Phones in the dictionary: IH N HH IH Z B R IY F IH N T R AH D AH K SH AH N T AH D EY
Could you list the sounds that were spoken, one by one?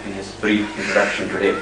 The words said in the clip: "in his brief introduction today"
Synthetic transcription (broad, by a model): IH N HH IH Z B R IY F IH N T AH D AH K SH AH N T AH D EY